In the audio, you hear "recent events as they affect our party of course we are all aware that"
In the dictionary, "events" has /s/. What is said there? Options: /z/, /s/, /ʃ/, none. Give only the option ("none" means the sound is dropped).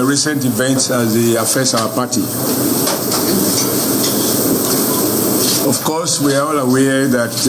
/s/